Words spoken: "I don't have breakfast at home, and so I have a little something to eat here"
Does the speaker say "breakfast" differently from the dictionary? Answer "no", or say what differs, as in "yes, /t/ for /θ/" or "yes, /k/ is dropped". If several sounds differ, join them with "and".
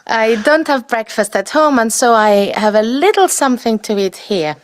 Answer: no